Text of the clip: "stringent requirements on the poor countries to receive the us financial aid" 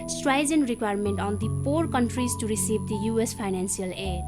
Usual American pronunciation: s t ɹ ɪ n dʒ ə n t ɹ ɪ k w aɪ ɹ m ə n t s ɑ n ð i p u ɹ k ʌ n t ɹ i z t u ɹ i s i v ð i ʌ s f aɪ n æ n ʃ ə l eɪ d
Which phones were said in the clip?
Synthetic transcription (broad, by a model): s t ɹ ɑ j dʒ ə n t ɹ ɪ k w aɪ ɹ m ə n t ɑ n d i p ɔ ɹ k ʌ n t ɹ i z t u ɹ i s i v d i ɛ s p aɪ n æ n s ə l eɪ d